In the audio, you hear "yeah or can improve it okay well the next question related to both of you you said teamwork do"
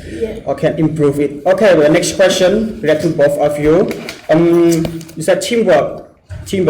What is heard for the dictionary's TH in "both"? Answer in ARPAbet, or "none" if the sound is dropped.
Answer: F